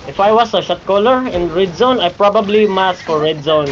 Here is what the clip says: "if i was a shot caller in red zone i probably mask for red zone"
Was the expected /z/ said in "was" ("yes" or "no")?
no